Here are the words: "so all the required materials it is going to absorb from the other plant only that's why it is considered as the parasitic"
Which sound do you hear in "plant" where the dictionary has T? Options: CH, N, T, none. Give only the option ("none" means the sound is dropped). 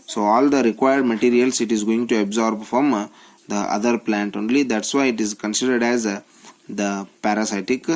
T